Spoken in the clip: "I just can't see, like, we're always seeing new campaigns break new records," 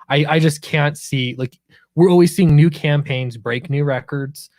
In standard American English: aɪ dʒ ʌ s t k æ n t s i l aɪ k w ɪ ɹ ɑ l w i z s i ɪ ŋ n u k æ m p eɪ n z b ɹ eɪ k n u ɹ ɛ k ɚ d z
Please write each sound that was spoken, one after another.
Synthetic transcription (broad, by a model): aɪ dʒ ʌ s k æ n t s i l aɪ k w ɪ ɹ ɑ l w i z s i ɪ ŋ n u k æ m p eɪ n z b ɹ eɪ k n u ɹ ɛ k ɚ d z